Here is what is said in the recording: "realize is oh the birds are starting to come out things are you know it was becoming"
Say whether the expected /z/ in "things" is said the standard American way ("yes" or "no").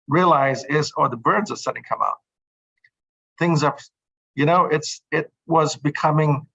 yes